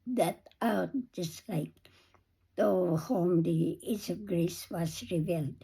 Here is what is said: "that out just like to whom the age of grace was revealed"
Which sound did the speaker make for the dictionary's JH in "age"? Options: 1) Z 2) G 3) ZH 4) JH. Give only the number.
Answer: 1